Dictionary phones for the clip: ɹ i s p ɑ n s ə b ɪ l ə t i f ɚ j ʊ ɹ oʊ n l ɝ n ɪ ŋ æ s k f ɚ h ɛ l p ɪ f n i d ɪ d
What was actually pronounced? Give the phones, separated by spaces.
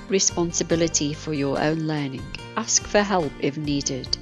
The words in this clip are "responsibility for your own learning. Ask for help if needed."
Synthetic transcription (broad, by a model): ɹ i s p ɑ n s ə b ɪ l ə t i f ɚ j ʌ ɹ oʊ n l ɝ n ɪ ŋ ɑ s k f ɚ h ɛ l p ɪ f n i d ɪ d